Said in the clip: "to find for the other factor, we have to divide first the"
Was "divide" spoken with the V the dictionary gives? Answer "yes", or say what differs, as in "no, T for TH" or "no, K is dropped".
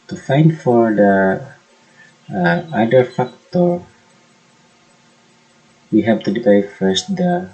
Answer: no, P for V